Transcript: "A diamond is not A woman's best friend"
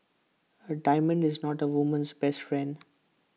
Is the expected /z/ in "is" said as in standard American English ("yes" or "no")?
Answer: yes